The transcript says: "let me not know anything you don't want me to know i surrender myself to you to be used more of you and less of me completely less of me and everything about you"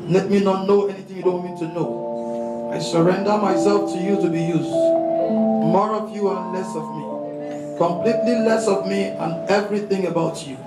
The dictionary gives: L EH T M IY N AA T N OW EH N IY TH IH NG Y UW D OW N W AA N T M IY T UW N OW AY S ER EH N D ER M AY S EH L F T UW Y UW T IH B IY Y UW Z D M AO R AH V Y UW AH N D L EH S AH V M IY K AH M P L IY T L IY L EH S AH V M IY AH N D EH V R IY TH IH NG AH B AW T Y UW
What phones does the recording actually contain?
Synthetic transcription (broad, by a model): L EH T M IY N AA T N OW EH N IY TH IH NG Y UW D OW N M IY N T T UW N OW AY S ER EH N D ER M AY S EH L F T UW Y UW T IH B IY Y UW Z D M AO R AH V Y UW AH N L EH S AH V M IY K AH M P L IY T L IY L EH S AH V M IY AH N EH V R IY TH IH NG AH B AW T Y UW